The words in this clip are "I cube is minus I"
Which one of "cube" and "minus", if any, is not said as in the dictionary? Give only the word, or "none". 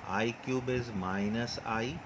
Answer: none